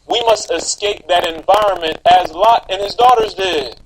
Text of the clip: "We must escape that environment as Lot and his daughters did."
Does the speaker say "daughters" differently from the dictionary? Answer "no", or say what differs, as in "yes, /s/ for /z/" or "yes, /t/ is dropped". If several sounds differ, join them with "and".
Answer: no